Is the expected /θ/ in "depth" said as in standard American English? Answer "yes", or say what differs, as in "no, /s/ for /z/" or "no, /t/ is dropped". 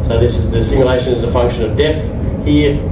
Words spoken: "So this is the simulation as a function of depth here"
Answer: yes